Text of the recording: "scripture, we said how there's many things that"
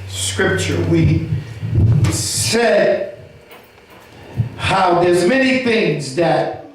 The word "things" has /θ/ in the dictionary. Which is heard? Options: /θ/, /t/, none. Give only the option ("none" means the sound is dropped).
/θ/